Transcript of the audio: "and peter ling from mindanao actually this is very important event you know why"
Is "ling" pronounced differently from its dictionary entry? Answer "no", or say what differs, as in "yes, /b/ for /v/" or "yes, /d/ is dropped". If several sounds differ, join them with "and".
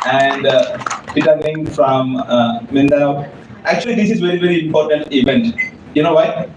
yes, /n/ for /l/